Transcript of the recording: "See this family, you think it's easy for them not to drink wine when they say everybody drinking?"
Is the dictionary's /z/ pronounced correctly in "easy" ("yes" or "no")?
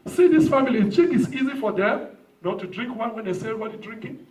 yes